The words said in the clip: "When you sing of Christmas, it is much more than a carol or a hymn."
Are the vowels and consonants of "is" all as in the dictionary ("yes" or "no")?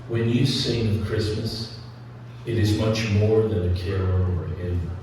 yes